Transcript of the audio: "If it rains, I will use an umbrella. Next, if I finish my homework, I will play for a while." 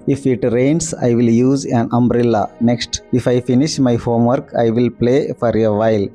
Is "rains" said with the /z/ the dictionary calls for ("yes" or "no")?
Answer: no